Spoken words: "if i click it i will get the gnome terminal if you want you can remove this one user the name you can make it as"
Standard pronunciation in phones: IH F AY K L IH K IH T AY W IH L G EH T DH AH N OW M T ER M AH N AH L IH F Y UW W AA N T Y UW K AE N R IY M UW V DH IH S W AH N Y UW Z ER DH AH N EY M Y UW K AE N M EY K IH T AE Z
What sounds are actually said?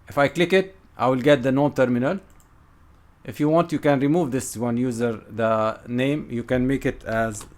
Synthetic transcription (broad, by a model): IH F AY K L IH K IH T AY W IH L G EH T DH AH N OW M T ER M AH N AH L IH F Y UW W AA N T Y UW K AE N R IY M UW V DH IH S W AH N Y UW Z ER DH AH N EY M Y UW K AE N M EY K IH T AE Z